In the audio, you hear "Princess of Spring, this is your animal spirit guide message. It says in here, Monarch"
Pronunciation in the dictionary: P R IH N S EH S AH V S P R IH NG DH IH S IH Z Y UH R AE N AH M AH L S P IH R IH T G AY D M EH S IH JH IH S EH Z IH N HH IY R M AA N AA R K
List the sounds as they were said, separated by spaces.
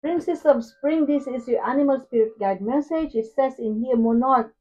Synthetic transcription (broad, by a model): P R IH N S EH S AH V S P R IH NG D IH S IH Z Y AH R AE N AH M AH L S P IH R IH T G AY D M EH S IH JH IH S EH S IH N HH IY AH M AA N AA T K